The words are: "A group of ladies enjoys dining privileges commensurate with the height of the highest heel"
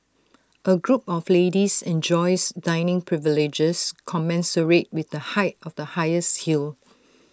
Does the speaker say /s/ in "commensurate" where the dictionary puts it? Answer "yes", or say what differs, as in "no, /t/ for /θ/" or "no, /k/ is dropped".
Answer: yes